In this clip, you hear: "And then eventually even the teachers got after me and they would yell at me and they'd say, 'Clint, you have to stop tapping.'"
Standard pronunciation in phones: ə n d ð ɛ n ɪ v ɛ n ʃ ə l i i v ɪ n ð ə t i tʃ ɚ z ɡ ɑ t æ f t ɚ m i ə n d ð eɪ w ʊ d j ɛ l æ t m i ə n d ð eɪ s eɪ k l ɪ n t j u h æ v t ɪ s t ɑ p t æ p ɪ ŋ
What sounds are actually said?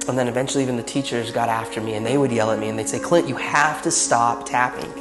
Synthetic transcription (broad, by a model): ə n ð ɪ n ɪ v ɛ n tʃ l i i v ɪ n ð ə t i tʃ ɚ z ɡ ɑ t æ f t ɚ m i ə n ð eɪ w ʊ d j ɛ l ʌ t m i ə n ð eɪ s eɪ k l ɪ t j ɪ h æ f t ɪ s t ɑ p t æ p ɪ ŋ